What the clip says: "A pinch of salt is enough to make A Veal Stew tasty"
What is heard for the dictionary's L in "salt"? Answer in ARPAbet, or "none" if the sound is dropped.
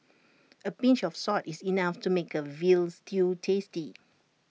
none